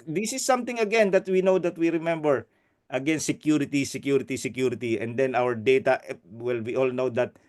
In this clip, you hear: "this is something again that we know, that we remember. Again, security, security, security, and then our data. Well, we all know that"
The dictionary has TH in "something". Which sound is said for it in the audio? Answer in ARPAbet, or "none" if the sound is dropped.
T